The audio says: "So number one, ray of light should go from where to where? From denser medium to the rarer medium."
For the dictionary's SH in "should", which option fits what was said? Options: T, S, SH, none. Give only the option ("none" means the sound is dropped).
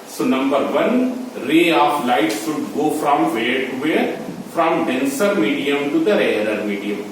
S